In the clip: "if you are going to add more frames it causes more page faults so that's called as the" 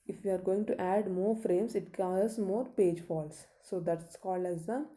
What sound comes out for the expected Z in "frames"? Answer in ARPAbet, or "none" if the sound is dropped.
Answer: S